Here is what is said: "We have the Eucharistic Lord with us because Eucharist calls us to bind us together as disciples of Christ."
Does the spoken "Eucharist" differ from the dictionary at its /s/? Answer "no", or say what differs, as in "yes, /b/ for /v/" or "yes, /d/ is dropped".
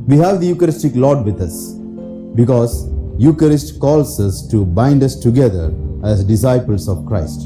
no